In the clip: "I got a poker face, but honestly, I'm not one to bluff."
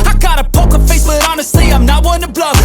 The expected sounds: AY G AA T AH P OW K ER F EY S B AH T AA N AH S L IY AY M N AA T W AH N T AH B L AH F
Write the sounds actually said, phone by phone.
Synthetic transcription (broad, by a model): AY G AA T AH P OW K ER F EY S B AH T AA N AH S IY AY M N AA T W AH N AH B L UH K